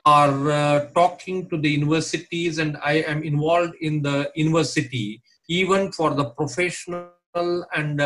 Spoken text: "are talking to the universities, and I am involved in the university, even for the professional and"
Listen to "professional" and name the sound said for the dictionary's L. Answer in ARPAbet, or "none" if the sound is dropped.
L